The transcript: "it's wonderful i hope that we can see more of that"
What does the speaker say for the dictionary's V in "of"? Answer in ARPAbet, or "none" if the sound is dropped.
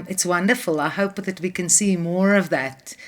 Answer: V